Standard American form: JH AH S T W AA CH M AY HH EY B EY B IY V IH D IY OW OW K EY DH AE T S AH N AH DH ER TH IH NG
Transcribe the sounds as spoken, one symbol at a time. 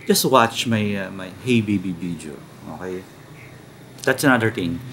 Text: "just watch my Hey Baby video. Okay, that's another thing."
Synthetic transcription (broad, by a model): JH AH S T W AA CH M AY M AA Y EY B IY B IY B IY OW OW K EY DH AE T S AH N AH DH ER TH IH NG